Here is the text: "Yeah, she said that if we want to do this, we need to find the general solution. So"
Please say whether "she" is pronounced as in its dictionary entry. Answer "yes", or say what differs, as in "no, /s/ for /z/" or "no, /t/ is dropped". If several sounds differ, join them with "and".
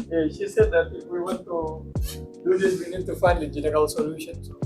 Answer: yes